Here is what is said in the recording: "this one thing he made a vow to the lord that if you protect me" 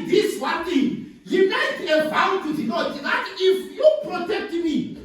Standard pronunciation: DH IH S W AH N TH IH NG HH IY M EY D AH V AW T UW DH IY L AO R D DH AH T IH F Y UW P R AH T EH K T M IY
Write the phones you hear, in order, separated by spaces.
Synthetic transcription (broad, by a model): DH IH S W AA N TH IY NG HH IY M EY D AH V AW T UW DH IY N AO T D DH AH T IH F Y UW P R AH T EH K T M IY